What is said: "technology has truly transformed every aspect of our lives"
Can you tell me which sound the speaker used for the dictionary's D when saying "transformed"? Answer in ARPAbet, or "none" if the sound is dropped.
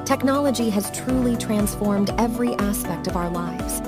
D